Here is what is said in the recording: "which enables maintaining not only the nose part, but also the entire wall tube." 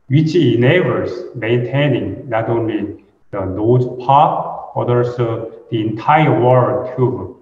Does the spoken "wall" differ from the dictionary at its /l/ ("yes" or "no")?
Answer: yes